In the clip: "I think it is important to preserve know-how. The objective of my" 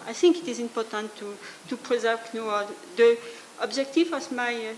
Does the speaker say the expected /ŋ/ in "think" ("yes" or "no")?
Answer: yes